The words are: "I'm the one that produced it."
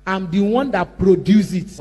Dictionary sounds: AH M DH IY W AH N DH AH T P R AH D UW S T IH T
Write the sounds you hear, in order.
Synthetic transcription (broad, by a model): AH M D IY W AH N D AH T P R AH D UW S IH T